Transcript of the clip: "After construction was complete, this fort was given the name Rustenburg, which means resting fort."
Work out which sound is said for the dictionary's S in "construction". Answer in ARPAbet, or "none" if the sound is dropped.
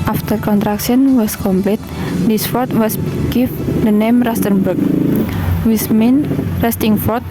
none